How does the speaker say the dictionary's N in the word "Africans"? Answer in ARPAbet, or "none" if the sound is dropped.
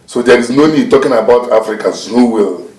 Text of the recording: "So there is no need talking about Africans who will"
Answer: none